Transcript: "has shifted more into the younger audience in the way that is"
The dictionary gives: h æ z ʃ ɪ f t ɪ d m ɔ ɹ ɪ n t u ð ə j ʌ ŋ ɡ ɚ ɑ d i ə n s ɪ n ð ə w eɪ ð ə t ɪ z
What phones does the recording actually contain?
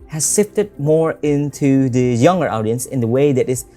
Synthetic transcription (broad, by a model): h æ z s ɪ f t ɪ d m ɔ ɹ ɪ n t u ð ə j ʌ ŋ ɡ ɚ ɑ d i ə n s ɪ n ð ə w eɪ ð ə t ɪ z